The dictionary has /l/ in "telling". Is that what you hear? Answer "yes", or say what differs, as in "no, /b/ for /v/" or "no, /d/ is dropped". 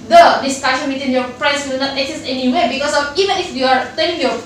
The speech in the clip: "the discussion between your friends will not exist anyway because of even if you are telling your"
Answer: no, /n/ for /l/